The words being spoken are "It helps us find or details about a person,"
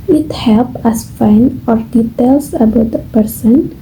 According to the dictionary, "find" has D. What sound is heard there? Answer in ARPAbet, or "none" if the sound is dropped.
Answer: none